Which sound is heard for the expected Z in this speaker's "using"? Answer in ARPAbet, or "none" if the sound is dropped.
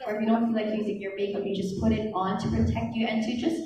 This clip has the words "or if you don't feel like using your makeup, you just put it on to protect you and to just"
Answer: Z